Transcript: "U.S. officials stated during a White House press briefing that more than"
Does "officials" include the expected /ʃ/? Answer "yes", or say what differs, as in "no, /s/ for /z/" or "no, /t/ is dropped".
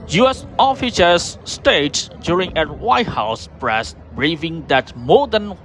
no, /s/ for /ʃ/